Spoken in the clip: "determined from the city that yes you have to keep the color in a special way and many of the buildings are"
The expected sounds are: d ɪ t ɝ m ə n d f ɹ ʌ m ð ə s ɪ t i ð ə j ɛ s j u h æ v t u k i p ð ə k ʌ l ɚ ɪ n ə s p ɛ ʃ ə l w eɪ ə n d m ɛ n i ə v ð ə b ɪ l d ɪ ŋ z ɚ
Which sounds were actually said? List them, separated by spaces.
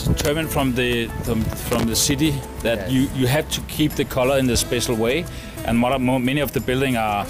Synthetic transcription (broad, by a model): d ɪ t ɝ m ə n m f ɹ ʌ m ð ə s ɪ t i ð ə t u j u h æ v t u k i p ð ə k ʌ l ɚ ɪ n ə s p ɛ ʃ l w eɪ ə n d m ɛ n i ə v ð ə b ɪ l d ɪ ŋ ɚ